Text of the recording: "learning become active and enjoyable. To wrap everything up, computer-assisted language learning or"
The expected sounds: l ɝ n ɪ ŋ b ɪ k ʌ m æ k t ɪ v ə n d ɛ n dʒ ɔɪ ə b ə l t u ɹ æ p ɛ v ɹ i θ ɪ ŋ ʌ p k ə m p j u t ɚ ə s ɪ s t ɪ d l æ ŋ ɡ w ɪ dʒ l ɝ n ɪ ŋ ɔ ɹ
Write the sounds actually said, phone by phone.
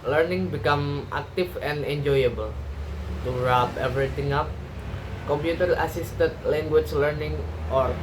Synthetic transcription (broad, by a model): l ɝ n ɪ ŋ b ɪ k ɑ m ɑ k t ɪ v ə n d ɛ n dʒ ɔɪ ə b ə l t u ɹ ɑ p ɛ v ɹ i t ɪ ŋ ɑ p k ə m p j u t ɚ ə s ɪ s t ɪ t l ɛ ŋ ɡ w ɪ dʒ l ɝ n ɪ ŋ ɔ ɹ